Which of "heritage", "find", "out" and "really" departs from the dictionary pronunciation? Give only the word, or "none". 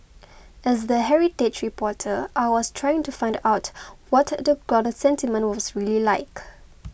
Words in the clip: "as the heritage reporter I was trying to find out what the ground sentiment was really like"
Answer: heritage